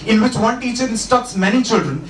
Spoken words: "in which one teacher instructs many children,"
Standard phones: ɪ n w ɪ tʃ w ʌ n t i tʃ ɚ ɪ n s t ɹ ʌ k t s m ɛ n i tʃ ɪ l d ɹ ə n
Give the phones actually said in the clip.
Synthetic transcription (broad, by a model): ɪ n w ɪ tʃ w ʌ n t i tʃ ɚ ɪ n s t ʌ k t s m ɛ n i tʃ ɪ l d ɹ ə n